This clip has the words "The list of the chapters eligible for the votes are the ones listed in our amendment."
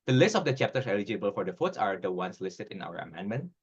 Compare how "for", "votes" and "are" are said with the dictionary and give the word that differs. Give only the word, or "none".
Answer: votes